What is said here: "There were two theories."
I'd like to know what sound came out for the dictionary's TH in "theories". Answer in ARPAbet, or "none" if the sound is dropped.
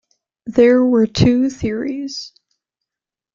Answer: TH